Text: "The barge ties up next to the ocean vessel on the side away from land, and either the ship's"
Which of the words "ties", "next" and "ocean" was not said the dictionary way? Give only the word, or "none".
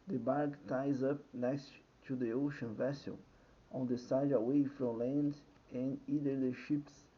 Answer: none